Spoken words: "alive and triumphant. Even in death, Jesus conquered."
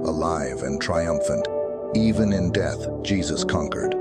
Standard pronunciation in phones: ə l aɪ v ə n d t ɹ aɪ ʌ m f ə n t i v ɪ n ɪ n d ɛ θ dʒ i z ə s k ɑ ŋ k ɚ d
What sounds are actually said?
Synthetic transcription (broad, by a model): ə l aɪ v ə n t ɹ aɪ ʌ m f ə n t i v ɪ n ɪ n d ɛ θ dʒ i z ə s k ɑ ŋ k ɚ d